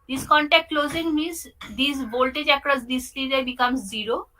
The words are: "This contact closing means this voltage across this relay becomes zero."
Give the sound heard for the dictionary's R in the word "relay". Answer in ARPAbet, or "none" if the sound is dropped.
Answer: L